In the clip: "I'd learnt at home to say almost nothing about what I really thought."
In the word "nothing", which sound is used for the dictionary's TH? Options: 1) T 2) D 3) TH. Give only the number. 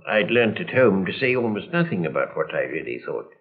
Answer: 3